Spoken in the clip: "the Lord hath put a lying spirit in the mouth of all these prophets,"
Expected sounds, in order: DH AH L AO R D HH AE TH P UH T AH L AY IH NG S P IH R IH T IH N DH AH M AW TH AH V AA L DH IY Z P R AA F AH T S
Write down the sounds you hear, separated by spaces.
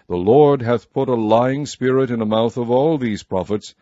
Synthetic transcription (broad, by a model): DH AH L AO R D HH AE TH P UH T AH L AY IH NG S P IH R IH T IH N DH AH M AW TH AH V AA L DH IY Z P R AA F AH T S